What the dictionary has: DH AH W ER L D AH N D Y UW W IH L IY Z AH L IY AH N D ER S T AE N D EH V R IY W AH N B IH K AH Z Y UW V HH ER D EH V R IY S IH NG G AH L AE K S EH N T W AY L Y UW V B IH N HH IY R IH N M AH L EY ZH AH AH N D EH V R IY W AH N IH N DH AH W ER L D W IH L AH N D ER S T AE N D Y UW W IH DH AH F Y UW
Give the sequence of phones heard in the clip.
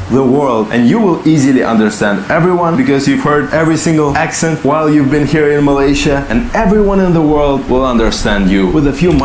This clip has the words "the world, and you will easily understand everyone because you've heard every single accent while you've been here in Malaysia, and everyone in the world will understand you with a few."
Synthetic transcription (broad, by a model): DH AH W ER L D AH N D Y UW W IH L IY Z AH L IY AH N D ER S T AE N D EH V R IY W AH N B IH K AH Z Y UW V HH ER D EH V R IY S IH NG G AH L AE K S EH N T W AY L Y UW V B IH N HH IY R IH N M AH L EY SH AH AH N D EH V R IY W AH N IH N DH AH W ER L D W IH L AH N D ER S T AE N D Y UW W IH DH AH F Y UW